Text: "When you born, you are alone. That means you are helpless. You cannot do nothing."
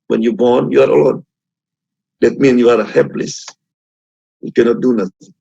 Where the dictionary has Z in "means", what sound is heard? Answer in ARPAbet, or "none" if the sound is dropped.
none